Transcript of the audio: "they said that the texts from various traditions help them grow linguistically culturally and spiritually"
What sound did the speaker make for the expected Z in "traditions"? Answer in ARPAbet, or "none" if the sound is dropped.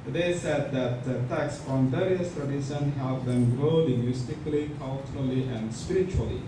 none